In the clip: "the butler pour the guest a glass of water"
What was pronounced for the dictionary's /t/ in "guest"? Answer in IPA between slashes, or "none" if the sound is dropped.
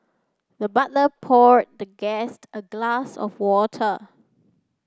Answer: /t/